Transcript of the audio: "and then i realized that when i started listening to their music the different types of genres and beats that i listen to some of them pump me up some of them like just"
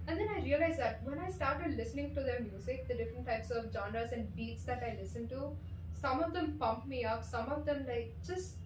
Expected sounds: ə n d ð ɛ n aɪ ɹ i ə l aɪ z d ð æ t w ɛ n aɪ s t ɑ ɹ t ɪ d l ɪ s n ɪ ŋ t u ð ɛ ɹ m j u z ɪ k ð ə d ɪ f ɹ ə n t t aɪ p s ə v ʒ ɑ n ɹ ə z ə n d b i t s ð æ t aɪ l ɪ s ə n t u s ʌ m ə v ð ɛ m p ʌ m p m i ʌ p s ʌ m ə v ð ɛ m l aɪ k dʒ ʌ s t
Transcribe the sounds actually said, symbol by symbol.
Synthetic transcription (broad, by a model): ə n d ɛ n aɪ ɹ i ə l aɪ z d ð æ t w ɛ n aɪ s t ɑ ɹ t ɪ d l ɪ s n ɪ ŋ t u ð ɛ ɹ m j u z ɪ k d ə d ɪ f ɹ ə n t t aɪ p s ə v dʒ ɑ n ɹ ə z ə n d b i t s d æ t aɪ l ɪ s ə n t u s ʌ m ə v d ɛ m p ʌ m p m i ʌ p s ʌ m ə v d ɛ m l aɪ k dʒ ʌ s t